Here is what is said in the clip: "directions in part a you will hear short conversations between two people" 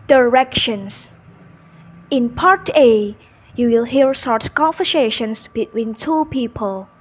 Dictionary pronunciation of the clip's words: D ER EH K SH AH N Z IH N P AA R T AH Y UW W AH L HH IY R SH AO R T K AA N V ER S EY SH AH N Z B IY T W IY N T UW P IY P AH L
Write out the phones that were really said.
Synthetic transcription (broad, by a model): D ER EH K SH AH N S IH N P AA R T AH Y UW W AH L HH IY R S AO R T K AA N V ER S EY SH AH N S B IY T W IY N T UW P IY P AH L